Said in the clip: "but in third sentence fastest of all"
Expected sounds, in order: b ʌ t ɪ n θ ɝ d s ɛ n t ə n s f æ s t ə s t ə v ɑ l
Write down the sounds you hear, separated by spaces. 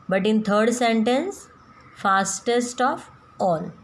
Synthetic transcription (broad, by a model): b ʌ t ɪ n t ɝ d s ɛ n t ə n s f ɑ s t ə s t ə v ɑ l